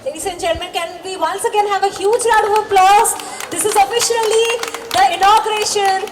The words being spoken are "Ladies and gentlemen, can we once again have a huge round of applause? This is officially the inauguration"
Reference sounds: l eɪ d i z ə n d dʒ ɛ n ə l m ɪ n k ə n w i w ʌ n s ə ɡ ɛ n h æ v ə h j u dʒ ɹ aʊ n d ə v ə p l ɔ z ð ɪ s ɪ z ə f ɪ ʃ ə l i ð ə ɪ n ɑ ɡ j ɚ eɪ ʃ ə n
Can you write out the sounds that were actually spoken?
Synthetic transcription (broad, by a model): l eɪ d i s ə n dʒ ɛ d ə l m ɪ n k ə n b i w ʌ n s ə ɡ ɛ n h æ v ə h j u dʒ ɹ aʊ d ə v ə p l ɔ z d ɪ s ɪ z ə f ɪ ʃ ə l i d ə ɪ n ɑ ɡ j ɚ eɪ ʃ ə n